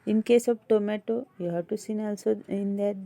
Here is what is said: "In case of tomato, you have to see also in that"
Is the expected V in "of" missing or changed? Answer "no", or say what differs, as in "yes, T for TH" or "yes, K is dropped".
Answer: yes, B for V